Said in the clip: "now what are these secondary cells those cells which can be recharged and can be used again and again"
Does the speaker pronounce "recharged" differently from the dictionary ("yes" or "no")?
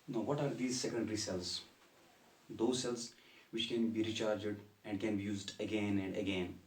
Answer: no